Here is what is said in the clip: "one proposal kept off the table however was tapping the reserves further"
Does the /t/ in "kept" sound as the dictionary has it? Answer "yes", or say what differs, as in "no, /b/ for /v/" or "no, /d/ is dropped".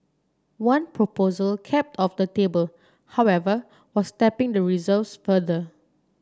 yes